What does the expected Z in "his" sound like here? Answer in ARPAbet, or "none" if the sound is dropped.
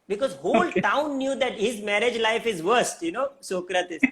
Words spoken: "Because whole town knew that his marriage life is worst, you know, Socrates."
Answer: Z